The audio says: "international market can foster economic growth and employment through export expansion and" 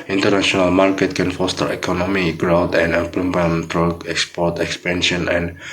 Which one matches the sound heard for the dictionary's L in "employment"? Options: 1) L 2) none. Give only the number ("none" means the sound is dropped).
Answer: 2